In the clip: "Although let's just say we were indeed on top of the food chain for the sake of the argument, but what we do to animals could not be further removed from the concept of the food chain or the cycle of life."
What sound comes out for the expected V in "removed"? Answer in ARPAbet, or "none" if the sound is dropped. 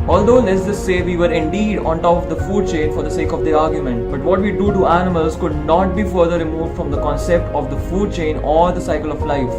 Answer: V